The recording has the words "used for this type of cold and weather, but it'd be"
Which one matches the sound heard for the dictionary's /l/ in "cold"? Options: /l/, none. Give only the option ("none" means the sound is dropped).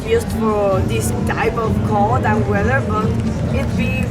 none